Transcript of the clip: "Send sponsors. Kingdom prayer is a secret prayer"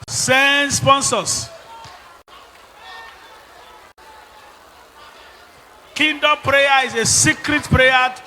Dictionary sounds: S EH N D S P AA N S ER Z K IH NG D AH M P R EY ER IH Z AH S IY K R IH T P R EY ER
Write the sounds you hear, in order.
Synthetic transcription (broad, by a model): S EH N S P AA N S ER S K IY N D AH P R EY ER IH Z AH S IY K R IH T P R EY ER